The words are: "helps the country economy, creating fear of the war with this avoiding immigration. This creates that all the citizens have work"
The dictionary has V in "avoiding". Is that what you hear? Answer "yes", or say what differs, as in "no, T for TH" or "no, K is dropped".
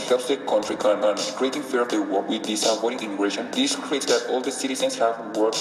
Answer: no, P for V